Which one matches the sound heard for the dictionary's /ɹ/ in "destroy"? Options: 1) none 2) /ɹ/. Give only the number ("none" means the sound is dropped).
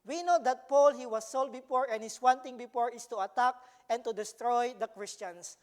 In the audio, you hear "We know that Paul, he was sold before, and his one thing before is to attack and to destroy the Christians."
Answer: 2